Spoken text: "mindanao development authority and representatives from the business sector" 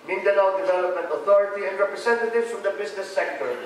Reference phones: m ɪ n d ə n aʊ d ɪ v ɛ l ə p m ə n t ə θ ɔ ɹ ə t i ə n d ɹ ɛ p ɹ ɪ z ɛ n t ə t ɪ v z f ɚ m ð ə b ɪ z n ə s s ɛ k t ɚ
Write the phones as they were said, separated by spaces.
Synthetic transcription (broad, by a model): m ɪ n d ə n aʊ d ɪ v ɛ l ə p m ə n t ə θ ɔ ɹ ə t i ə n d ɹ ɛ p ɹ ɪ s ɛ n t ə t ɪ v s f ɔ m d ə b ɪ s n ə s s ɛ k t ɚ